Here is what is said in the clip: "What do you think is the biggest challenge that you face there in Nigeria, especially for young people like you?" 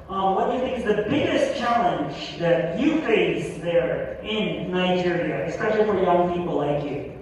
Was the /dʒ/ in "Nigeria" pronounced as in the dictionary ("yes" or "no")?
yes